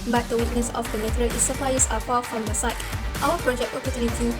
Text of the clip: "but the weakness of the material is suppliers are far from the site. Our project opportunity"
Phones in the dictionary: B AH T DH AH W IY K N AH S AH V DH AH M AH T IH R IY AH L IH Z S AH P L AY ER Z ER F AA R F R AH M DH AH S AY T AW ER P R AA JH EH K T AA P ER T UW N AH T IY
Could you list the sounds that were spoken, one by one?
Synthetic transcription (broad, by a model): B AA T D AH W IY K N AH S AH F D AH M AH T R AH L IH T S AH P L AY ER S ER P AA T F R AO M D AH S AY T AW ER P R AA JH EH K T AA P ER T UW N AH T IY